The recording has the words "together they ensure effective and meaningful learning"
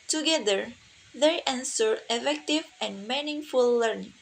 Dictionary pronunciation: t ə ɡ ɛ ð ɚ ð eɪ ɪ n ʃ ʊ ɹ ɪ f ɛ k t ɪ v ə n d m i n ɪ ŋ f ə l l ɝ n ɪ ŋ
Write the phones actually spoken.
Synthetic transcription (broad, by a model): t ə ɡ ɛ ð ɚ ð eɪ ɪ n s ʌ ɹ ɪ f ɛ k t ɪ v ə n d m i n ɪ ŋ f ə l l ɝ n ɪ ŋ